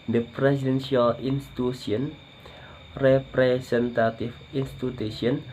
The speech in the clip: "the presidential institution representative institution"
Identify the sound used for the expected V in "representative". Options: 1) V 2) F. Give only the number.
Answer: 2